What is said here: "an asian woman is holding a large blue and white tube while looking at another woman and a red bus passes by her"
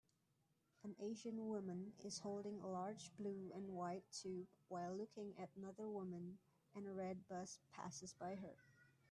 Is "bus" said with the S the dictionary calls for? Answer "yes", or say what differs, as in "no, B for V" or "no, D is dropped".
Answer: yes